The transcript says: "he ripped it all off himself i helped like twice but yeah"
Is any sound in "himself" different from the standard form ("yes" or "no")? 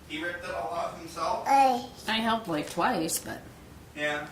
yes